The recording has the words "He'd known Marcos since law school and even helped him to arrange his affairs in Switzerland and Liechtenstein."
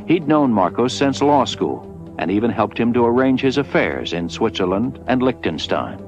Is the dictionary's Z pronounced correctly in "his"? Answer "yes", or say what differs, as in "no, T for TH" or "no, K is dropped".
yes